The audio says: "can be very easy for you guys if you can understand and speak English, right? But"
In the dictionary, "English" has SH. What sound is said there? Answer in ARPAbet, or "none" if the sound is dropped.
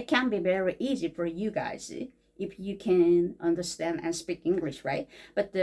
SH